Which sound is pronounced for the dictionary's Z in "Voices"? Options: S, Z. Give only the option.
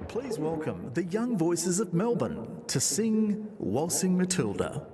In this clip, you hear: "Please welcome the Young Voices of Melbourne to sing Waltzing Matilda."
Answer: Z